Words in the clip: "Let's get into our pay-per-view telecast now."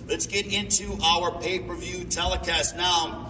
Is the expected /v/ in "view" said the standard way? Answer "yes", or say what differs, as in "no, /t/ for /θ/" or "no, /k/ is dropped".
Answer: yes